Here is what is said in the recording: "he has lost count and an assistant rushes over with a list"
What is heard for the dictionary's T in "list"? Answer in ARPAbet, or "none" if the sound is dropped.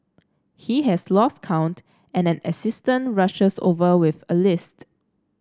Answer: T